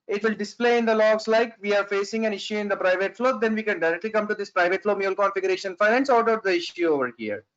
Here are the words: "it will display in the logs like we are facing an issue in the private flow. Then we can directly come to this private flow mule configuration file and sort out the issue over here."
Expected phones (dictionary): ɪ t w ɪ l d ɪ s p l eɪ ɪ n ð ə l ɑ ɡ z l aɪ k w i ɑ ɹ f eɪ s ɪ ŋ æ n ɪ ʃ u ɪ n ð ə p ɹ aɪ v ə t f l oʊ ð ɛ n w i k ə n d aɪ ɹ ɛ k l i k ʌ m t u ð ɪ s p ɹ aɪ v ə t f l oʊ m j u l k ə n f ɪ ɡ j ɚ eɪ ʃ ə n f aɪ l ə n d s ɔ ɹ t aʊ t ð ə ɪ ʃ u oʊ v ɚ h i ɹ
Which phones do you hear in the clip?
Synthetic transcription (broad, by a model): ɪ t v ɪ l d ɪ s p l eɪ ɪ n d ə l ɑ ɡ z l aɪ k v i ɑ ɹ f eɪ s ɪ ŋ æ n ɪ ʃ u ɪ n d ə p ɹ aɪ v ə t f l oʊ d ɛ n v i k ə n d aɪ ɹ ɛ k l i k ʌ m t u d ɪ s p ɹ aɪ v ə t f l oʊ m j u l k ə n f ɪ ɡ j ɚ eɪ ʃ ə n f aɪ n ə n s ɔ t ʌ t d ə ɪ ʃ u oʊ v ɚ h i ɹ